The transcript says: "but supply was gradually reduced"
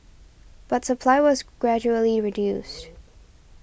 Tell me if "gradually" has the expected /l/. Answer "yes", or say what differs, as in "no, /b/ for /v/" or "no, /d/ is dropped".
yes